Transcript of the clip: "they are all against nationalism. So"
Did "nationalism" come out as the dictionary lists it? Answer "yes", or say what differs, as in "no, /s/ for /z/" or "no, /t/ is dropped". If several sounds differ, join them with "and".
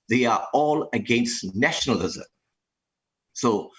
yes